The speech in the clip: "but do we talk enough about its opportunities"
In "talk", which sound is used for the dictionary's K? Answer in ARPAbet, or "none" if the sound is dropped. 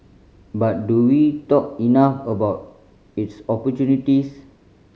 K